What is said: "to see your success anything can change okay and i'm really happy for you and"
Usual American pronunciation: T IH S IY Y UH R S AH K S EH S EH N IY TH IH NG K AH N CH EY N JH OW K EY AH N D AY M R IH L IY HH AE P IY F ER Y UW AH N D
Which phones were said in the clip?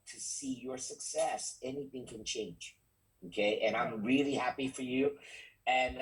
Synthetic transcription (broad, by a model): T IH S IY Y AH R S AH K S EH S EH N IY TH IH NG K AH N CH EY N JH OW K EY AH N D AY M R IH L IY HH AE P IY F ER Y UW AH N